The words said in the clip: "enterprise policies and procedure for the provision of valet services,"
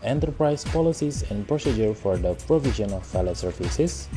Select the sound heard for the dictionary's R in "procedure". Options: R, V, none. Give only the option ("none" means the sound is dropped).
R